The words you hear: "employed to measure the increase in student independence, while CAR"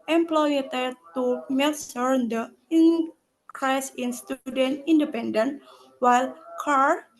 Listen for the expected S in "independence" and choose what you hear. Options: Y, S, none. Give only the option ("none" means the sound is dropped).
none